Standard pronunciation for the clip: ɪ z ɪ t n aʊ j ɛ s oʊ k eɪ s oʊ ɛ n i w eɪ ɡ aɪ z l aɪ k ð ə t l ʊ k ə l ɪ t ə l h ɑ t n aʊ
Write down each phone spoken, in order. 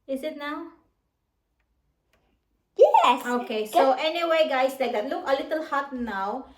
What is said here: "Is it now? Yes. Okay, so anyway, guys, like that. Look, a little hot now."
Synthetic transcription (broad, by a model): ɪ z ɪ t n aʊ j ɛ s oʊ k eɪ s oʊ ɛ n i w eɪ ɡ aɪ s l aɪ k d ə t l ʊ k ə l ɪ t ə l h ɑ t n aʊ